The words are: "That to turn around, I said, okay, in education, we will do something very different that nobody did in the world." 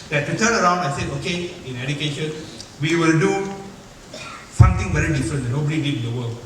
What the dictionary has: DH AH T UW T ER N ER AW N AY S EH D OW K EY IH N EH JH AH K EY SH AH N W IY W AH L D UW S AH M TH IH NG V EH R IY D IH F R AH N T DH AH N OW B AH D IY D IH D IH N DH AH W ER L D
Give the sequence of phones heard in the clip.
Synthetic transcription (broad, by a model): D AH T UW T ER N ER AW N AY S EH OW K EY IH N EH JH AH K EY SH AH N W IY W AH L D UW S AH M T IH NG V EH R IY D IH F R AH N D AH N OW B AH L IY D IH IH N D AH W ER L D